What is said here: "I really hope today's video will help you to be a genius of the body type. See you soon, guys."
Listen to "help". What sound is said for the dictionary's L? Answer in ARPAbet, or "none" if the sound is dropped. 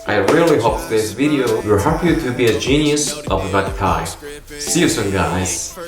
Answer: none